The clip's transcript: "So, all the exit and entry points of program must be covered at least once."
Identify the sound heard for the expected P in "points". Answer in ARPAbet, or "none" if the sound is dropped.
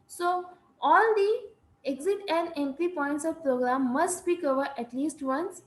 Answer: P